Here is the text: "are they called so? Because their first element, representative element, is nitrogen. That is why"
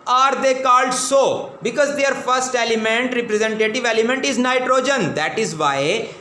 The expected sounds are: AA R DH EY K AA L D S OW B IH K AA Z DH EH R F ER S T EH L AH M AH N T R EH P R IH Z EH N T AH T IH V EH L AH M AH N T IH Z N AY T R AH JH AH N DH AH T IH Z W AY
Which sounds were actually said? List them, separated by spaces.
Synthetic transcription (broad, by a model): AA R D EY K AA L D S OW B IH K AA Z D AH R F ER S T EH L AH M AH N T R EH P R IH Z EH N T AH T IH V EH L AH M AH N T IH Z N AY T R AH JH AH N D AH T IH Z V AY